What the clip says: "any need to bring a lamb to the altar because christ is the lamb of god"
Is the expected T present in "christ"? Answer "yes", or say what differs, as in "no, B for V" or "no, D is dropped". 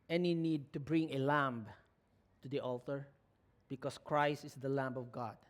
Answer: yes